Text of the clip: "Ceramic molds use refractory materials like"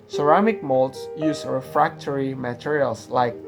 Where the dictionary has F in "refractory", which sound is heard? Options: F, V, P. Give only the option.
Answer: F